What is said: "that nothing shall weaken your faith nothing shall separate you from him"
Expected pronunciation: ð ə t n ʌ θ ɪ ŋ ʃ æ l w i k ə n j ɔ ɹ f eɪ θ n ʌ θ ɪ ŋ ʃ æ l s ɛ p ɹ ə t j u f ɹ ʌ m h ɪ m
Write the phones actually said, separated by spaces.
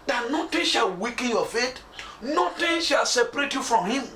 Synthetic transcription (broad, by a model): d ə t n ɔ t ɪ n ʃ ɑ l w i k ə n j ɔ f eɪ t n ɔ t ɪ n ʃ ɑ l s ɛ p ɹ ə t j u f ɹ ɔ m h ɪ m